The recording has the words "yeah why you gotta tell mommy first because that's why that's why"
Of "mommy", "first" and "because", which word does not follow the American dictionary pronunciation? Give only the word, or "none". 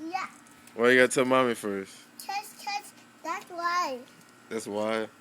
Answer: because